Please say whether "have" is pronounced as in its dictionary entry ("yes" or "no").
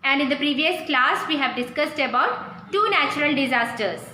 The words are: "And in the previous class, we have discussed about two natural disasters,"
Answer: yes